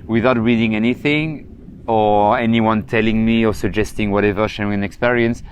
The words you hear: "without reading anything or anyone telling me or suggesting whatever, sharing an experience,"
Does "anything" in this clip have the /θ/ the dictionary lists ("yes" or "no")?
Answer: yes